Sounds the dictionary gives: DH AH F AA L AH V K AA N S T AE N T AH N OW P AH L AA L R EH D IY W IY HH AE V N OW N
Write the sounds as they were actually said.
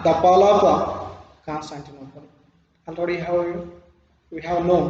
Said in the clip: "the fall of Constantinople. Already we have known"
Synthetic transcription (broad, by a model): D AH P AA L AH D K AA N S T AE N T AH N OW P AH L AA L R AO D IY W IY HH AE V N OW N